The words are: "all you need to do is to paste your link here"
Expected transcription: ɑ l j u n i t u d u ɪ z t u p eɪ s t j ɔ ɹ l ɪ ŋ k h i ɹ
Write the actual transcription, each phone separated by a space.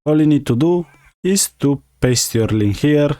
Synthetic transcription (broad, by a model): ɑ l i n i t u d u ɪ s t u p eɪ s t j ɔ ɹ l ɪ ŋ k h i ɹ